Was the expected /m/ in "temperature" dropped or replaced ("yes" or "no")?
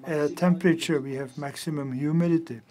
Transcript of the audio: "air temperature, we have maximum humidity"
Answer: no